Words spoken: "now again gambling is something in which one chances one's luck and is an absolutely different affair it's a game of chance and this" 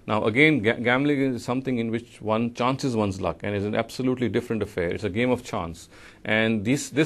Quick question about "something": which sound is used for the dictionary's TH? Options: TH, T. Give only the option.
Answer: T